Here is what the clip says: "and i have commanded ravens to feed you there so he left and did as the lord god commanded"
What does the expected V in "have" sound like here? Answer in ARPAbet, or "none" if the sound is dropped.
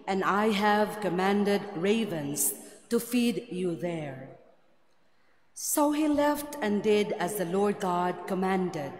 V